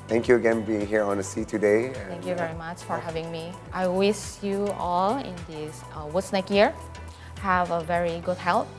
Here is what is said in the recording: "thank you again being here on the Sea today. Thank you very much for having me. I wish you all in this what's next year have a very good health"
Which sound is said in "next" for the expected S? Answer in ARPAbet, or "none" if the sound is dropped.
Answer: none